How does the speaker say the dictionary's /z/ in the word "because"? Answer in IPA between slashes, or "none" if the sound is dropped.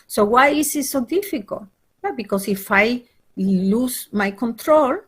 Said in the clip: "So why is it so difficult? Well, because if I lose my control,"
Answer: /s/